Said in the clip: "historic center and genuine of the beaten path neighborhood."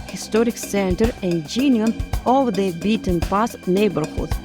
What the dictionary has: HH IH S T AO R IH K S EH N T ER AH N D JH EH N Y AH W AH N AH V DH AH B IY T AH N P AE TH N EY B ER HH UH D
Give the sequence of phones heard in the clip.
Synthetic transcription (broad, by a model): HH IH S T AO R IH K S EH N T ER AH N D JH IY N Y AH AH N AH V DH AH B IY T AH N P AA S N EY B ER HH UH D